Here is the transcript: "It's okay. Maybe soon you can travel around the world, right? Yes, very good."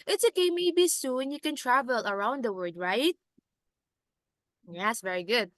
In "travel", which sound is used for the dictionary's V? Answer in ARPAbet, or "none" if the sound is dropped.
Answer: V